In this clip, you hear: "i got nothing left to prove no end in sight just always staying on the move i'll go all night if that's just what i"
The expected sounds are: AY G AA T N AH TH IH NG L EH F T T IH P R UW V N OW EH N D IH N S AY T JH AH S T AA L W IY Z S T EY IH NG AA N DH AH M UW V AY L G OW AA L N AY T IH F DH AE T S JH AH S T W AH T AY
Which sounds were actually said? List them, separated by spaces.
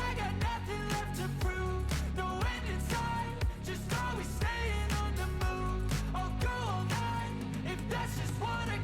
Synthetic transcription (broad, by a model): AY G AA T N AH TH IH NG L EH F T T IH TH R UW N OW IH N IH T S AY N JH AH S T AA W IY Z S T EY IH NG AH N DH AH M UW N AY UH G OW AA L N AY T IH F DH AE T S JH AH S T W AH T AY